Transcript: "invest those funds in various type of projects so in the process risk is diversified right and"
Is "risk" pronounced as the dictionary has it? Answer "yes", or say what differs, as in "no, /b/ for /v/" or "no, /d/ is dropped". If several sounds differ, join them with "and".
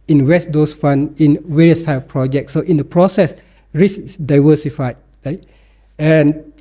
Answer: no, /k/ is dropped